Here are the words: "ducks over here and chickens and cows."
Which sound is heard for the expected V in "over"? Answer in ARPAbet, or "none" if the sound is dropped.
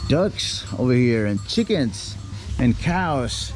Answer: V